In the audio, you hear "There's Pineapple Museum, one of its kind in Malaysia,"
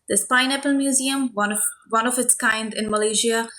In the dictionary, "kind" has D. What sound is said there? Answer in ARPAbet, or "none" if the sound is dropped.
D